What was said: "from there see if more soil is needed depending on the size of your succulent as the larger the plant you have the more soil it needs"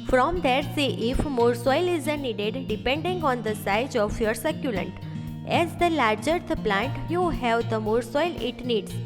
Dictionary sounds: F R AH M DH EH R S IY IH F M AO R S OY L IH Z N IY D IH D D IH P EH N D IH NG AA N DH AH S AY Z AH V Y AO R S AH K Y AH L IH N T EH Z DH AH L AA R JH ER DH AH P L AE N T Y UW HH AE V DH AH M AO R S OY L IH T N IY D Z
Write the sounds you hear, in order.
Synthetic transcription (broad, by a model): F R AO M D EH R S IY IH F M AO R S OY L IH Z N IY D IH D D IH P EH N D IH NG AA N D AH S AY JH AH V Y AO R S AH K Y AH L IH N T EH Z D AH L AA R JH ER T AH P L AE N T Y UW HH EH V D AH M AO R S OY L IH T N IY D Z